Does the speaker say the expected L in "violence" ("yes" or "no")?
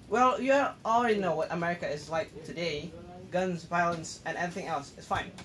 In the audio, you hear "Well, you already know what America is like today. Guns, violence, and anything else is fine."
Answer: yes